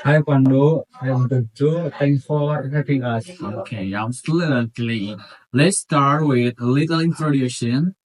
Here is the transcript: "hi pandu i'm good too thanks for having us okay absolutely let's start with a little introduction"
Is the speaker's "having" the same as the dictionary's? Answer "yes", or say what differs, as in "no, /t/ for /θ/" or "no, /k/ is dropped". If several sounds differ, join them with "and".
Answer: no, /p/ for /v/